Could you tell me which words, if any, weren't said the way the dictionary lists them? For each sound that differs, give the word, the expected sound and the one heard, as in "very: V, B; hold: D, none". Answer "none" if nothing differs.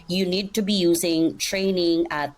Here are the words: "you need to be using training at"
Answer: none